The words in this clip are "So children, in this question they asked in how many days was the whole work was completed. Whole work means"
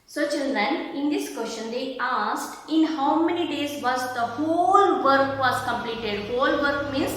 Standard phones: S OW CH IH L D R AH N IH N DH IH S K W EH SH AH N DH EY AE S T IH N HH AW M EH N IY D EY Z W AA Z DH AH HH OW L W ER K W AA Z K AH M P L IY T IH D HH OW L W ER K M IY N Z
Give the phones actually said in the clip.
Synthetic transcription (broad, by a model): S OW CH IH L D AH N IH N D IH S K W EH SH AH N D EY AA S T IH N HH AW M EH N IY D EY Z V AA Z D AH HH OW L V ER K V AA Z K AH M P L IY T IH D HH OW L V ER K M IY N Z